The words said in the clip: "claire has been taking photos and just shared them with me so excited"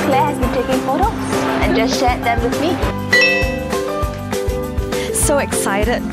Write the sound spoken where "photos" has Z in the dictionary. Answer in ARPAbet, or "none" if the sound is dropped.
S